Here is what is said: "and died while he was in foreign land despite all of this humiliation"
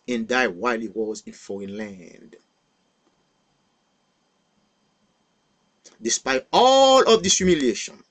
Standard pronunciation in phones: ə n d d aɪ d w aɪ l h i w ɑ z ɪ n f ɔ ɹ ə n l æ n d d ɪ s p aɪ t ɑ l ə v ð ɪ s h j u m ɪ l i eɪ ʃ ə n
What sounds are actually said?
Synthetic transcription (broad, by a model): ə n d d aɪ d w aɪ l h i w ɑ z ɪ n f ɔ ɹ ə n l æ n d d ɪ s p aɪ t ɑ l ə v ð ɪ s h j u m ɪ l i eɪ ʃ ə n